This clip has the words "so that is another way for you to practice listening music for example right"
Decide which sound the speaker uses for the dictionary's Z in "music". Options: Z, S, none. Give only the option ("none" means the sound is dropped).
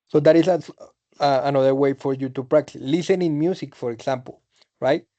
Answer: S